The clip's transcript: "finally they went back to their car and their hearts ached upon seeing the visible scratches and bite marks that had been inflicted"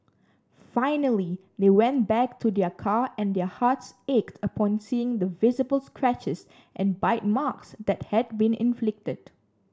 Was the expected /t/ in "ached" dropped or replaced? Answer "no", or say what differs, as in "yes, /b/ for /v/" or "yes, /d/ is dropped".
no